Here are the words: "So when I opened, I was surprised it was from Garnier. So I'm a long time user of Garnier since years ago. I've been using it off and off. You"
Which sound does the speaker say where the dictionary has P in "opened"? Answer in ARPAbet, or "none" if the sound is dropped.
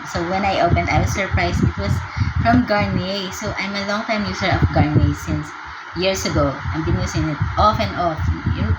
P